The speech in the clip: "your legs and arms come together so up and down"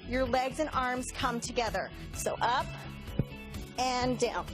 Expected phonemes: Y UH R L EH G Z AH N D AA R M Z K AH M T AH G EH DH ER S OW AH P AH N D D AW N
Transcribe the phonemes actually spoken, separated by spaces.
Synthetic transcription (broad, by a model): Y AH R L EH G Z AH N AA R M Z K AH M T AH G EH DH ER S OW AH P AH N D D AW N